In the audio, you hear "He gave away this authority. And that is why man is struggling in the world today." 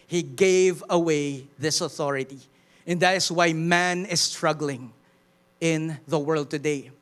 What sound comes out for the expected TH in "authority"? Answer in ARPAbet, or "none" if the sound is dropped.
TH